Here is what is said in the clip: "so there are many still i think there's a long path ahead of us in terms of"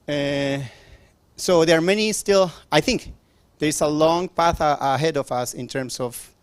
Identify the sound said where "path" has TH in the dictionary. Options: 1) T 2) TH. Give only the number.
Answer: 2